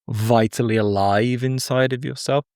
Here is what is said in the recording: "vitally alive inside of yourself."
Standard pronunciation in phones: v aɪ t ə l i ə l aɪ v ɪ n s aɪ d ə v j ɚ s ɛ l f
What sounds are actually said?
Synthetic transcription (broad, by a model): v aɪ t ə l i ə l aɪ v ɪ n s aɪ d ə v j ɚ s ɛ l f